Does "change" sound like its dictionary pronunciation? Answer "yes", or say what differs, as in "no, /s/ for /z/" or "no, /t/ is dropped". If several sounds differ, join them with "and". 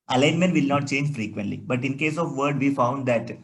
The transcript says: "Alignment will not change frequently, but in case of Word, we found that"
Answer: yes